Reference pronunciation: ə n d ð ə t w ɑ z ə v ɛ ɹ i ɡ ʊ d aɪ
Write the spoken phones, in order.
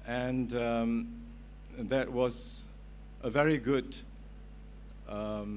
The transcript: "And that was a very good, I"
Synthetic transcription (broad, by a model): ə n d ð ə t w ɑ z ə v ɛ ɹ i ɡ ʊ d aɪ